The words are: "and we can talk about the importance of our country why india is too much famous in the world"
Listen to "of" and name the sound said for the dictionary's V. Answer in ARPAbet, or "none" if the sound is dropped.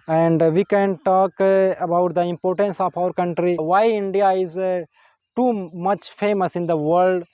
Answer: P